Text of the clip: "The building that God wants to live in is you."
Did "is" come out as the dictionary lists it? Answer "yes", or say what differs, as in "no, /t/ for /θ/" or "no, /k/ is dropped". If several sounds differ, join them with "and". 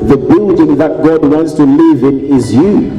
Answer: yes